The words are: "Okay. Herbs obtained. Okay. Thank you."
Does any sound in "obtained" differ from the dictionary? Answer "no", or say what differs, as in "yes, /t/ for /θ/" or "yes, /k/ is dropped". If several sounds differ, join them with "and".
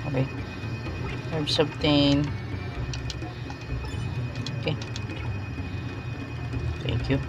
yes, /d/ is dropped